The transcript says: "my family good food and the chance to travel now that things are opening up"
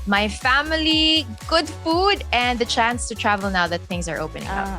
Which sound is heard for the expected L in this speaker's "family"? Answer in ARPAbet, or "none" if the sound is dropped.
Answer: L